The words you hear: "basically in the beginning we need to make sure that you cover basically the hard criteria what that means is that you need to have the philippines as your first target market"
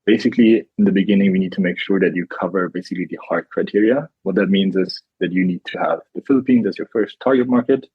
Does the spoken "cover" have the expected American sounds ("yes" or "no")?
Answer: yes